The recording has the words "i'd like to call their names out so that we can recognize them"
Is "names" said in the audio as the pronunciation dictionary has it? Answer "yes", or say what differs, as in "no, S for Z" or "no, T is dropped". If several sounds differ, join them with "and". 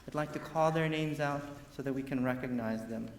yes